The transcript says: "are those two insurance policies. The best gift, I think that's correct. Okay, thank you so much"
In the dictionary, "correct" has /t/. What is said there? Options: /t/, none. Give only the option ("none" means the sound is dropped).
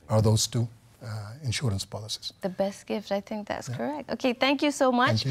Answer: /t/